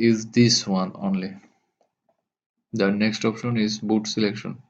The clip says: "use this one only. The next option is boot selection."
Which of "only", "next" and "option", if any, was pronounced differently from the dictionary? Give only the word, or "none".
none